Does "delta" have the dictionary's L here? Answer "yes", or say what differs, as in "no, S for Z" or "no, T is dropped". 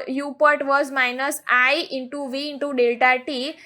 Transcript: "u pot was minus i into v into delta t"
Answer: yes